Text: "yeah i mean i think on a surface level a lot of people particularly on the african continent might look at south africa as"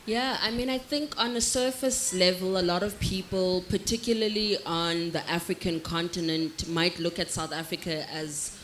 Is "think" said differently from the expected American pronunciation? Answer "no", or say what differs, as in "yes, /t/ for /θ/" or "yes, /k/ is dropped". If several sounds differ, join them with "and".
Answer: no